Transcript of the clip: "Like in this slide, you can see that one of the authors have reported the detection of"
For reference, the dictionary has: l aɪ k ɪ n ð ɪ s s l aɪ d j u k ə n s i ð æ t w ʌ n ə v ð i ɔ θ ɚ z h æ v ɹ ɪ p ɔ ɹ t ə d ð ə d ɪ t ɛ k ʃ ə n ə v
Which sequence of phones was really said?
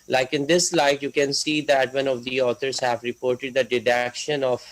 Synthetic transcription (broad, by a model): l aɪ k ɪ n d ɪ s s l aɪ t j u k ə n s i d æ t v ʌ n ə v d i ɔ t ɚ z h æ v ɹ ɪ p ɔ ɹ t ə d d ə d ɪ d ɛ k ʃ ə n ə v